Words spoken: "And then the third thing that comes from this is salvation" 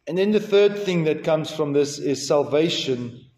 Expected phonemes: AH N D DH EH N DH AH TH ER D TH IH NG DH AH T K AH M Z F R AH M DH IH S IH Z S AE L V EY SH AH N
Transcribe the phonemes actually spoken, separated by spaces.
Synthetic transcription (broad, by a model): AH N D DH EH N DH AH TH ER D TH IH NG DH AH T K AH M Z F R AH M DH IH S IH Z S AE L V EY SH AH N